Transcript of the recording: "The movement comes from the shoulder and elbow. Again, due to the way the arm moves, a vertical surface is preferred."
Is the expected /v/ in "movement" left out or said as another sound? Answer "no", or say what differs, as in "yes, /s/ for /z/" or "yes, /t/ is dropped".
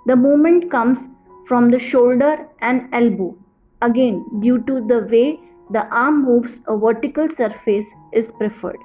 yes, /v/ is dropped